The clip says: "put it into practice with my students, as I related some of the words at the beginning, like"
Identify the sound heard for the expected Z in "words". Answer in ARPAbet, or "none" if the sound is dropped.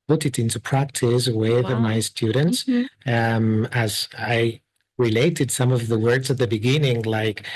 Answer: Z